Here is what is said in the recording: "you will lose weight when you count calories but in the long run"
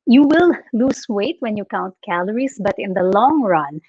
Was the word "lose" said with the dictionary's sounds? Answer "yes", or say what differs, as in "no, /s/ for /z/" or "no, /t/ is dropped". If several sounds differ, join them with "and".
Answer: no, /s/ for /z/